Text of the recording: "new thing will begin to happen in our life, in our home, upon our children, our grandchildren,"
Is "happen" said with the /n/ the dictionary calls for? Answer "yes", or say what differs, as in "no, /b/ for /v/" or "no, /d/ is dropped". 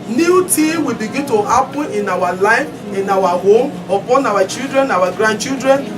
no, /n/ is dropped